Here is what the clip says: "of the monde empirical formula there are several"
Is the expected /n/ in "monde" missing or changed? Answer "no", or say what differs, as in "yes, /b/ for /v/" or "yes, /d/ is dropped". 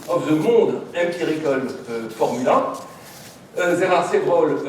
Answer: yes, /n/ is dropped